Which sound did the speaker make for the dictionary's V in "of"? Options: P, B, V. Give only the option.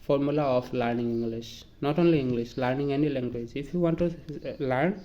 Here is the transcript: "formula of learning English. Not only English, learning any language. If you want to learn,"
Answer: P